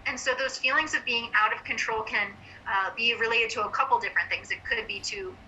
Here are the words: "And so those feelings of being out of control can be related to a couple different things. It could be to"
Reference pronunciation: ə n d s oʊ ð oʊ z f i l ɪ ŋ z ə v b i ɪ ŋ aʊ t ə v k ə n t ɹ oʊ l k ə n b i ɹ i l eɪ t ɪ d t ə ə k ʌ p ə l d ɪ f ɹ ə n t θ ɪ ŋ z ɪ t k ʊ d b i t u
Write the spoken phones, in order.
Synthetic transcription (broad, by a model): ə n s oʊ ð oʊ z f i l ɪ ŋ z ə v b i ɪ ŋ aʊ t ə v k ə n t ɹ oʊ l k ə n b i ɹ i l eɪ t ɪ d t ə ə k ʌ p l d ɪ f ɹ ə n θ ɪ ŋ z ɪ t k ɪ d b i t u